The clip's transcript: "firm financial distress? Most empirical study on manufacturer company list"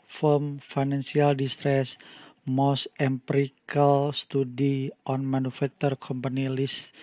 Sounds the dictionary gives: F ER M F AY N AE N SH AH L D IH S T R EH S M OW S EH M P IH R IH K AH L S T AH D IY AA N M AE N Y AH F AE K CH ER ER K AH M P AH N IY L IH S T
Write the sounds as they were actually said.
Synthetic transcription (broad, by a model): F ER M F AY N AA N S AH L D IH S T R EH S M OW S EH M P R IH K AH L S T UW D IY AA N M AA N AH F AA K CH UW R K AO M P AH N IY L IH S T